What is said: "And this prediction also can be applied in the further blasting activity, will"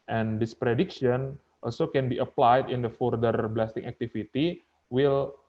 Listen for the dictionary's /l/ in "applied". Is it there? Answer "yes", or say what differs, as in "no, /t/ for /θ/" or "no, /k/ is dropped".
yes